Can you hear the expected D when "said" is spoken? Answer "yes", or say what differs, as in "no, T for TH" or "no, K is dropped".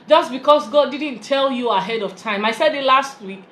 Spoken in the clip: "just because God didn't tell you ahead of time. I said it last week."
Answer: yes